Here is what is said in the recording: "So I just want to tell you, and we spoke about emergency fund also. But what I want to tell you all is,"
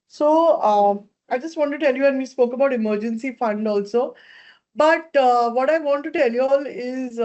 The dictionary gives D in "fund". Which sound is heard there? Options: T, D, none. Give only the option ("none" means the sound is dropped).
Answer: D